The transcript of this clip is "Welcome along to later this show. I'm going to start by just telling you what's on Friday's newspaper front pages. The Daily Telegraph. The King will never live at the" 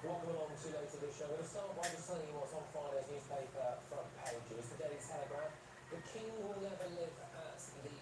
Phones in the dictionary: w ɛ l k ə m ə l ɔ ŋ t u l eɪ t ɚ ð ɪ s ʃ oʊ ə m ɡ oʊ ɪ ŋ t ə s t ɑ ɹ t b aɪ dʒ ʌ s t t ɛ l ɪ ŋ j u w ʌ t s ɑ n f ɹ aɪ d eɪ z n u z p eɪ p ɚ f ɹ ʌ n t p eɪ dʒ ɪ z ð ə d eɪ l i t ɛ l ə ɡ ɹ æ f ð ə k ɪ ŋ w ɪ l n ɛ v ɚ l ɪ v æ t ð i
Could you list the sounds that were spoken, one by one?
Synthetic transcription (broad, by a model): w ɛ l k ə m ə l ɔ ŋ t u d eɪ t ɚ ð ɪ s ʃ oʊ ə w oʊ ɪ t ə s t ɑ t b aɪ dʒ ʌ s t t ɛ ɪ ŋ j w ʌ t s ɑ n f ɹ aɪ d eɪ z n u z p eɪ p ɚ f ɹ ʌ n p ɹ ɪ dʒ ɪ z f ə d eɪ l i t ɛ l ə ɡ ɹ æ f ð ə k ɪ ŋ w ɪ l n ɛ v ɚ l ɪ v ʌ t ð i